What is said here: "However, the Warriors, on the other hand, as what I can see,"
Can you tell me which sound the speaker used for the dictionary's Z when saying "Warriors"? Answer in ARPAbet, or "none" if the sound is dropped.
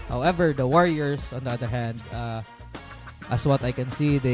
S